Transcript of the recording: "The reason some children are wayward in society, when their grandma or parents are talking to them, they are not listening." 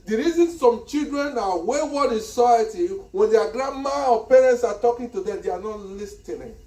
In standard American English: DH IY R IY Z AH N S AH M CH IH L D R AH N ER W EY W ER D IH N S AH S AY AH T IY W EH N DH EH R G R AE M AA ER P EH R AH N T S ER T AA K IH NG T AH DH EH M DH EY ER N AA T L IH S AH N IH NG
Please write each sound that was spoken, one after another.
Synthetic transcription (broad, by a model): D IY R IY Z AH N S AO M CH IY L D R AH N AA W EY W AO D IH N S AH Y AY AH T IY W EH N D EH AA G R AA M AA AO P EH R AH N T S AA T AA K IH NG T AH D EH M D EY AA N AA T L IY S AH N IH